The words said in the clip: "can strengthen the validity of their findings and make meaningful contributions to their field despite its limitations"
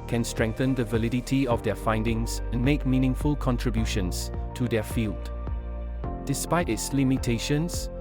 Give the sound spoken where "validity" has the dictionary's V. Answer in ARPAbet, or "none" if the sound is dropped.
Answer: V